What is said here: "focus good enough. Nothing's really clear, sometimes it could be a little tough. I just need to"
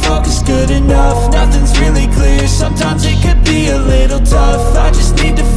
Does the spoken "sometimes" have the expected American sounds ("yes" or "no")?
yes